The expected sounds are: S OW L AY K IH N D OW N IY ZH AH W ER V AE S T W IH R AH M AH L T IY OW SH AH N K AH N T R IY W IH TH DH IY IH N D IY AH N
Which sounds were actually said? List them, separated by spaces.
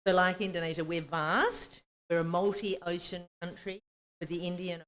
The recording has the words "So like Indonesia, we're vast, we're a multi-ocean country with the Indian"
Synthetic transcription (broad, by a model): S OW L AY K IH N D OW N IY ZH AH W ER V AE S T W IH R AH M AH L T IY OW SH AH N K AH N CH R IY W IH DH IY IH N D IY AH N